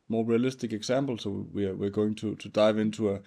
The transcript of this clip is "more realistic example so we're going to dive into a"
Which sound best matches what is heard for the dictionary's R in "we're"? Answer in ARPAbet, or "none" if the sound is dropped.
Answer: W